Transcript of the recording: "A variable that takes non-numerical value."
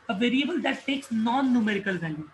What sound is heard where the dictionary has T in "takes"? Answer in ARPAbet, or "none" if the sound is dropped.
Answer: S